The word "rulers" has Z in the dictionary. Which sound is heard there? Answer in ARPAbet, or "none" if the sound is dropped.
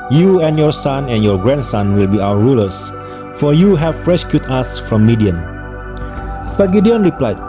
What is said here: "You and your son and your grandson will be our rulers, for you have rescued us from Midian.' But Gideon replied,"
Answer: S